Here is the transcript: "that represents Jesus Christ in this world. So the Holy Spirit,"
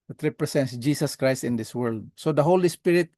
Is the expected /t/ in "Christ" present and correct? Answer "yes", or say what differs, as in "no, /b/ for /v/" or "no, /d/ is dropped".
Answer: yes